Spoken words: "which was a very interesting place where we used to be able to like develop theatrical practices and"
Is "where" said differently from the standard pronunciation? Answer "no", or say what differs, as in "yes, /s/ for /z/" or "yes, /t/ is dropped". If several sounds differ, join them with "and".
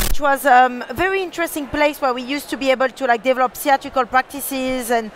no